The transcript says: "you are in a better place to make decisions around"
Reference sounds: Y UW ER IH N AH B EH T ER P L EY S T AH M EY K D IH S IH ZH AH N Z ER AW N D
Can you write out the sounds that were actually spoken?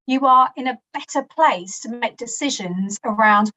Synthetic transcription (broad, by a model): Y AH ER IH N AH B EH T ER P L EY S T AH M EY K D IH S IH ZH AH N Z ER AW N D